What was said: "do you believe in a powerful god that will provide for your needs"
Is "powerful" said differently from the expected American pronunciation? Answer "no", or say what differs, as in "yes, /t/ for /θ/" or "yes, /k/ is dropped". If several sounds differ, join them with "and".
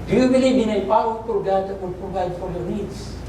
yes, /p/ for /f/